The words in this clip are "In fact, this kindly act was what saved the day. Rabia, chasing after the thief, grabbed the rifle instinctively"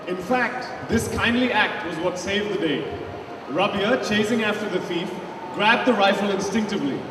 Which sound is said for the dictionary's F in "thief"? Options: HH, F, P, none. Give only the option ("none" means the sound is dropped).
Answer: F